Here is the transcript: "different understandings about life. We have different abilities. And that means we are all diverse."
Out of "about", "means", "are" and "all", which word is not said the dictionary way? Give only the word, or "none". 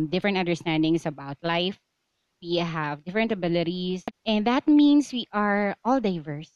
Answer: means